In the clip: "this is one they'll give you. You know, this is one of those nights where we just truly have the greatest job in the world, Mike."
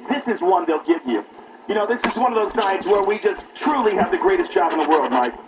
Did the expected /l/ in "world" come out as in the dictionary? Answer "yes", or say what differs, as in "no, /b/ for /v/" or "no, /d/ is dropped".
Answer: yes